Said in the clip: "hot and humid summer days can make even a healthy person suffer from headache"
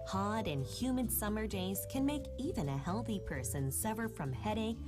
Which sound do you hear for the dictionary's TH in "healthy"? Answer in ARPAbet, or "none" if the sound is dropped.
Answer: TH